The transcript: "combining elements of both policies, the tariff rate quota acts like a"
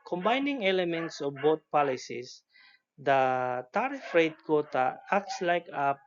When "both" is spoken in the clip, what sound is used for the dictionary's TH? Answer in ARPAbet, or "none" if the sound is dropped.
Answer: T